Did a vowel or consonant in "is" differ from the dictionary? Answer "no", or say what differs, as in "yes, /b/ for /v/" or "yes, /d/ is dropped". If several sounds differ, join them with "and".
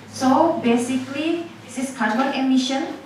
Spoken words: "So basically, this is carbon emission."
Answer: yes, /s/ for /z/